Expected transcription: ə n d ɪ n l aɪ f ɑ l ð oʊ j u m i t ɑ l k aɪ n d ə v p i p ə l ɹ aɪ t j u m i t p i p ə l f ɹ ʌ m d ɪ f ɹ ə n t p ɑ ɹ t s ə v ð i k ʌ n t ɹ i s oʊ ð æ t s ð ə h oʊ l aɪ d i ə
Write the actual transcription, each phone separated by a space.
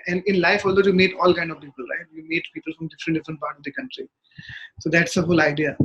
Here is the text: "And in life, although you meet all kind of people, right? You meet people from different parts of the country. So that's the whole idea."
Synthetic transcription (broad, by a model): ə n d ɪ n l aɪ f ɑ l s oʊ j u m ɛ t ɑ l k aɪ n d ə v p i p ə l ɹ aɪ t j u m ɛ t p i p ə l f ɹ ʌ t d ɪ f ɹ ə n t p ɑ ɹ t ə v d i k ʌ n t ɹ i s oʊ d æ t s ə h oʊ l aɪ d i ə